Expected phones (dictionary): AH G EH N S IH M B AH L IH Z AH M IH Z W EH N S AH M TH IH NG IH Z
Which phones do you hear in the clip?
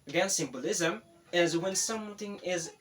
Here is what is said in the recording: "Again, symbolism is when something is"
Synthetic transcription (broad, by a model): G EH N S IH M B AH L IH Z AH M IH Z W EH N S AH M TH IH NG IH Z